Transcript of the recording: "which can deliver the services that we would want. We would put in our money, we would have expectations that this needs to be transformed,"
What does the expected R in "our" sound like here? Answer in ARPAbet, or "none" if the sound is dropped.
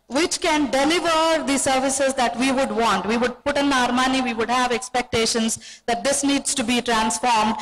R